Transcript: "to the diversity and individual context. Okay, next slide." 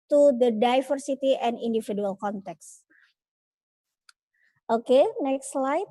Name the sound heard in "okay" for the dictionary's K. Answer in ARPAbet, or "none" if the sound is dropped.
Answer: K